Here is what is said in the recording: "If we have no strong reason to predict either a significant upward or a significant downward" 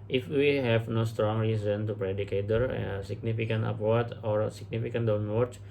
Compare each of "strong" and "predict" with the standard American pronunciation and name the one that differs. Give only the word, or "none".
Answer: predict